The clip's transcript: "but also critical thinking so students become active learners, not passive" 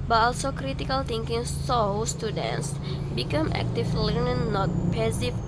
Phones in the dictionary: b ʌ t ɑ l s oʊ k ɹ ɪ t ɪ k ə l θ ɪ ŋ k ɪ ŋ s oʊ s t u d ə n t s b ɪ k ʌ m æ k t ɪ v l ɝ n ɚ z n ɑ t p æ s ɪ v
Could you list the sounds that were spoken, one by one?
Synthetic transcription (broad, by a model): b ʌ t ɑ l s oʊ k ɹ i t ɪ k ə l t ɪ ŋ k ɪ ŋ s oʊ s t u d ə n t s b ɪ k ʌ m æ k t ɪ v l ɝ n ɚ n ɑ t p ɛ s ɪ